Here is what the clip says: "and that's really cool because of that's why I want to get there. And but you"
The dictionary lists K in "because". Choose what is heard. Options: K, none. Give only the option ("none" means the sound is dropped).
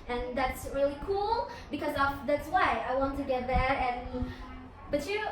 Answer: K